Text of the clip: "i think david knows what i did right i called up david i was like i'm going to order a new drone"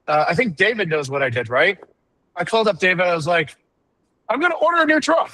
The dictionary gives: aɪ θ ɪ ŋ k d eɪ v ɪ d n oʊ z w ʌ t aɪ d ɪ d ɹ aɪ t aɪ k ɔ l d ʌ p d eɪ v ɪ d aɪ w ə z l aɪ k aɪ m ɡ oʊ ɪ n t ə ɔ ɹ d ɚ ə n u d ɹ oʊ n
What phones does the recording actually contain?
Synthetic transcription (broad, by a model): aɪ θ ɪ ŋ k d eɪ v ɪ d n oʊ z w ʌ t aɪ d ɪ d ɹ aɪ t aɪ k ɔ l d ʌ p d eɪ v ɪ d aɪ w ə z l aɪ k aɪ m ɡ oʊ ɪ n t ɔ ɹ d ɚ ə n u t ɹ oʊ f